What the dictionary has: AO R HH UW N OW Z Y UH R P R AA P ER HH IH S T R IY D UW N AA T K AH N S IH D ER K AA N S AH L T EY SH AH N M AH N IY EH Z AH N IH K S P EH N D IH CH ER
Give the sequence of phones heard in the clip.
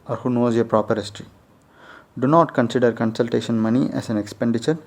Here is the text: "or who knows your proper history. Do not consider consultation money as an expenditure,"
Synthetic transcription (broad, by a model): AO R HH UW N OW Z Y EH P R AA P ER HH IH S T R IY D UW N AA T K AH N S IH D ER K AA N S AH L T EY SH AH N M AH N IY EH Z AH N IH K S P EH N D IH CH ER